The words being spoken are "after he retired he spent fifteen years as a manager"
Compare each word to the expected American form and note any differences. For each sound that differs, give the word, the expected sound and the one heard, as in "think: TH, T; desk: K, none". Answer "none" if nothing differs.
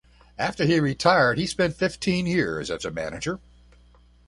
none